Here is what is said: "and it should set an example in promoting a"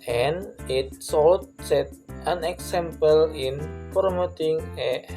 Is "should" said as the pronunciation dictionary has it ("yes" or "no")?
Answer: no